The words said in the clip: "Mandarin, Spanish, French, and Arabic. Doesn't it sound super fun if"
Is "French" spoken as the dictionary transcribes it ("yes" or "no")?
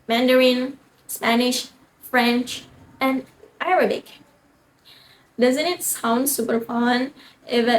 yes